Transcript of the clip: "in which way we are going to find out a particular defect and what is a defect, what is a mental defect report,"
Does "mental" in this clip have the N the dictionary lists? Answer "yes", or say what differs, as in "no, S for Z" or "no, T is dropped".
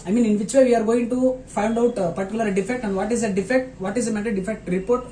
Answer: no, N is dropped